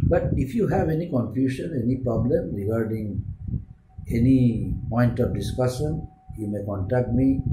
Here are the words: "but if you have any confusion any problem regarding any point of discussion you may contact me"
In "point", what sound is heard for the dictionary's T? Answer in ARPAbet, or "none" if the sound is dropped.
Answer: T